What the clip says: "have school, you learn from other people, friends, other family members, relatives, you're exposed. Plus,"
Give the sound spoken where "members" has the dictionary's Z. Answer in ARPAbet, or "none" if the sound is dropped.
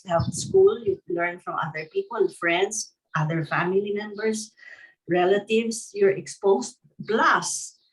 S